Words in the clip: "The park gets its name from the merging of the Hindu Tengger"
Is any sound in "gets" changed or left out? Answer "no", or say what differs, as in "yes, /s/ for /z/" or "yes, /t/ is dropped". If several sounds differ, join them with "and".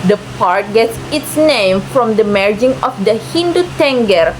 no